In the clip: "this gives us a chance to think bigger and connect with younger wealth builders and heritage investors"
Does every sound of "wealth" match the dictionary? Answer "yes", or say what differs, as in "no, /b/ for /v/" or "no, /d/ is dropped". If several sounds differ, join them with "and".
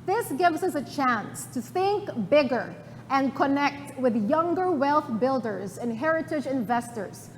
yes